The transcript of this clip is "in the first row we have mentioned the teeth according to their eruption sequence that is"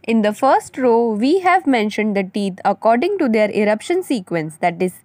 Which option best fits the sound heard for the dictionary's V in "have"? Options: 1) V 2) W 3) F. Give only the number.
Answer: 1